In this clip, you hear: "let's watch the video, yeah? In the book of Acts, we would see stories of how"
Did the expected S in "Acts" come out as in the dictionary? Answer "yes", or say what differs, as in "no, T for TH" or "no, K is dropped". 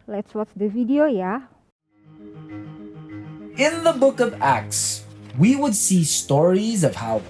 yes